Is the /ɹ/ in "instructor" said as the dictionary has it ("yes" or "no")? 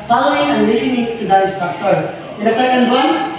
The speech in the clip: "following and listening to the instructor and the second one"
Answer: no